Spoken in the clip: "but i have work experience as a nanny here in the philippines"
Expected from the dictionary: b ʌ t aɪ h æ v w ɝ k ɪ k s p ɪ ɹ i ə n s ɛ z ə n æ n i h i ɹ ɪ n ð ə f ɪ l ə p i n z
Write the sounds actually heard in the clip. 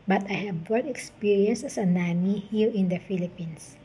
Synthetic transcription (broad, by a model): b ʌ t aɪ h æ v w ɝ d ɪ k s p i ɹ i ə n s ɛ s ə n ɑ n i h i l ɪ n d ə f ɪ l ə p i n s